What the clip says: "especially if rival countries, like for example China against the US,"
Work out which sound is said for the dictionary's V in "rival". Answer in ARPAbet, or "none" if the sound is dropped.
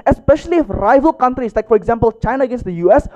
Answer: V